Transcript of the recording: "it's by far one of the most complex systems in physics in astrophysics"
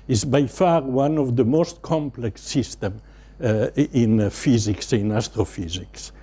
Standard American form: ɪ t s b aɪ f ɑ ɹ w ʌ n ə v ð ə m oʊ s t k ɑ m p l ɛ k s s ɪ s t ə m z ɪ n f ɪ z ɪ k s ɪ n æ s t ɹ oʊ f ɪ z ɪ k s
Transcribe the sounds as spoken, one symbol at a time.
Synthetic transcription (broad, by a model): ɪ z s b aɪ f ɑ ɹ w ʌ n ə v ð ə m oʊ s t k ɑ m p l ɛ k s s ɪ s t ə m ɪ n f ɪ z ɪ k s ɪ n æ s t ɹ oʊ f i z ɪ k s